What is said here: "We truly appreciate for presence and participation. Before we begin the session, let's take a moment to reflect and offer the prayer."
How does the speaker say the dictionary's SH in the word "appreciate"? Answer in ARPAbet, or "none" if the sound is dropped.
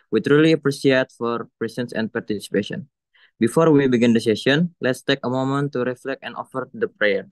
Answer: S